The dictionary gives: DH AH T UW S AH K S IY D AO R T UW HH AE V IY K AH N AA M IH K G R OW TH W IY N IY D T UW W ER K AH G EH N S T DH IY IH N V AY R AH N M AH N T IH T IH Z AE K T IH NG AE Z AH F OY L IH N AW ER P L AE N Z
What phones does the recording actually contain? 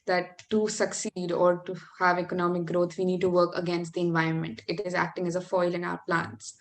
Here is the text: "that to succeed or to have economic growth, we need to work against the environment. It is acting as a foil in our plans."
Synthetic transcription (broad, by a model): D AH T UW S AH K S IY D AO R T UW HH AE V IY K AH N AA M IH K G R OW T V IY N IY D T UW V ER K AH G EH N S T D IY IH N V AY R AH N M AH N T IH T IH Z AE K T IH NG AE Z AH F OY L IH N AW ER P L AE N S